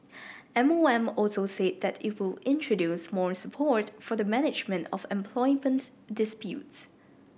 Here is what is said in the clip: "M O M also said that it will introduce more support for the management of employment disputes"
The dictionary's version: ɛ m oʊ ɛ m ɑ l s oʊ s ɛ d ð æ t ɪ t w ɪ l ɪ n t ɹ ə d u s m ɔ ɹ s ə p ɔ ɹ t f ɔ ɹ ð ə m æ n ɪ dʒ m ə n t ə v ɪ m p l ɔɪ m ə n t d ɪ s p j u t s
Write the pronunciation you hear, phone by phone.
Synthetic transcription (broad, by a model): ɛ m oʊ ɛ m ɑ l s oʊ s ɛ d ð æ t ɪ t w ɪ l ɪ n t ɹ ə d u s m ɔ ɹ s ə p ɔ ɹ t f ɔ ɹ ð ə m æ n ɪ dʒ m ə n t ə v ɪ m p l ɔɪ m ə n t d ɪ s p j u t s